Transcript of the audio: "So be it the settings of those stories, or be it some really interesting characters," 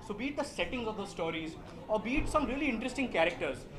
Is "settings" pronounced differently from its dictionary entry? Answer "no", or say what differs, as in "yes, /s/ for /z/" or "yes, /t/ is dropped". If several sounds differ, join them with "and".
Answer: no